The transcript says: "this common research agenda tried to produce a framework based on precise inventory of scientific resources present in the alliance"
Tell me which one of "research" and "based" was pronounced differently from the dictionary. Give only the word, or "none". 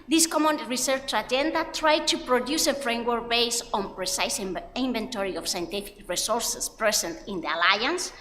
based